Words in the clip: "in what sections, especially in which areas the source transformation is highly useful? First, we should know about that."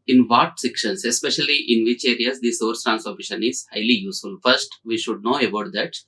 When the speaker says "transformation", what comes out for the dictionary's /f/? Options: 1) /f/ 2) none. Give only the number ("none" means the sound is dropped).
2